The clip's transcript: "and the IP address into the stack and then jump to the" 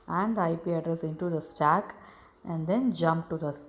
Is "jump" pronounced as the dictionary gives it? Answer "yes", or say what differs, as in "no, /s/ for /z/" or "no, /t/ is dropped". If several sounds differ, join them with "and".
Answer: yes